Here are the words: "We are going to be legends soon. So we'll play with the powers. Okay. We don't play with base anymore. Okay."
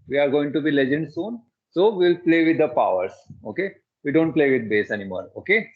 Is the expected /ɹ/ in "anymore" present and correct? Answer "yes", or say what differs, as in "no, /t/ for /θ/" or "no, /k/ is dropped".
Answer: no, /l/ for /ɹ/